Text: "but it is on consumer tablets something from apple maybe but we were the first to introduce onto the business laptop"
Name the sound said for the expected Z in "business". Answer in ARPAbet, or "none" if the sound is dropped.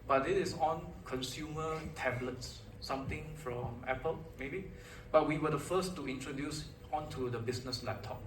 S